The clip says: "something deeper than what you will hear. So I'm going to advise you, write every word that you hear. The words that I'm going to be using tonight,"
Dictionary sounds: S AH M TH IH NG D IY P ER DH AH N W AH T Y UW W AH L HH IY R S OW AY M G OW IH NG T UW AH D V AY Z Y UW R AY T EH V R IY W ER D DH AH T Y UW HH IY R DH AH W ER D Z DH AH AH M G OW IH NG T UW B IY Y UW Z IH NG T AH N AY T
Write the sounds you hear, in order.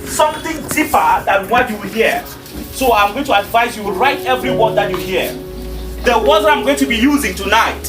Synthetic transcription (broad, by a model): S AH M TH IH NG D IY P ER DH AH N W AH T Y UW W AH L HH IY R S OW AY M G OW IH NG T UW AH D V AY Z Y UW R AY T EH V R IY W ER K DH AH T Y UW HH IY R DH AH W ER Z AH AH M G OW IH NG T UW B IY Y UW Z IH NG T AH N AY T